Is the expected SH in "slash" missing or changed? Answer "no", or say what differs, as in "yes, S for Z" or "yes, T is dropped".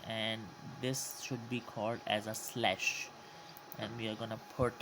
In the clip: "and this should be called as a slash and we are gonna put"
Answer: no